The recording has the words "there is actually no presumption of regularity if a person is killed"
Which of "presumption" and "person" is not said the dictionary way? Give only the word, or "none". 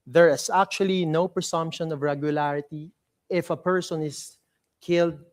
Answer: presumption